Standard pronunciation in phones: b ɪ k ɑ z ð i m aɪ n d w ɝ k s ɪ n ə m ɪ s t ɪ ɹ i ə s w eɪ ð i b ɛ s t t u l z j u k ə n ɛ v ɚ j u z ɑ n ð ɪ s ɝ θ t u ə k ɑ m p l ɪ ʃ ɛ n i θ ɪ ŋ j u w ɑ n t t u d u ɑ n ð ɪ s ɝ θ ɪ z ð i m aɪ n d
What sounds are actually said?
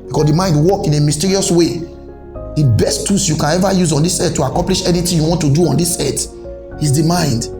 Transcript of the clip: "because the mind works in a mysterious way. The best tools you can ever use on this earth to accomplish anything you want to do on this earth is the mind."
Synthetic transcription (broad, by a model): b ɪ k ɑ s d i m aɪ n d w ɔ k ɪ n ə m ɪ s t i ɹ i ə s w eɪ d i b ɛ s t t u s j u k ə n ɛ v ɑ j u z ɑ n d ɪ s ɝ t u ə k ɑ m p l ɪ ʃ ɛ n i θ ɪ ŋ j u w ɑ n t t u d u ɑ n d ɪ s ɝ t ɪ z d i m aɪ n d